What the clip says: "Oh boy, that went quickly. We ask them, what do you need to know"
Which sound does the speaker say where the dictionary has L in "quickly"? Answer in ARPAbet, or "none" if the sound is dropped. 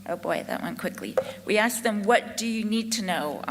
L